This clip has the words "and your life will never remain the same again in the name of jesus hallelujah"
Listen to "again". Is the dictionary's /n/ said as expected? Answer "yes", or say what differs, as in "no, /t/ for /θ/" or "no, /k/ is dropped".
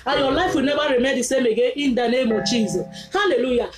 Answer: no, /n/ is dropped